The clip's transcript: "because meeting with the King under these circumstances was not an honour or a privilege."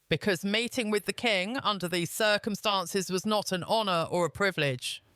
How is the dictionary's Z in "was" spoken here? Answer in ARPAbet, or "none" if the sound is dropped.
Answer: Z